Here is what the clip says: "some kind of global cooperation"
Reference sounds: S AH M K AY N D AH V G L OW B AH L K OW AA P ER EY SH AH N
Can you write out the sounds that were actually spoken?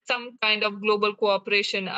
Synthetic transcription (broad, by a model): S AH M K AY N D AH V G L OW B AH L K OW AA P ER EY SH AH N